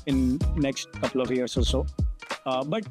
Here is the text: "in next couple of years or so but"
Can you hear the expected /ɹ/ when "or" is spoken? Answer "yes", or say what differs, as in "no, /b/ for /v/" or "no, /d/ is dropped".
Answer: no, /l/ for /ɹ/